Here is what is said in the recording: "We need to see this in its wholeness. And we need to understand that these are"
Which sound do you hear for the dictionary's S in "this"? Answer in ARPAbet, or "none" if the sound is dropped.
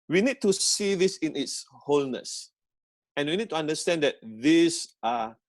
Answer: S